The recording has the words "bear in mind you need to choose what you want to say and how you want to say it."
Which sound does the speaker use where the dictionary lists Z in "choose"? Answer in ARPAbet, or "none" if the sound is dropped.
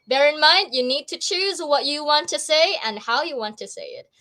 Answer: Z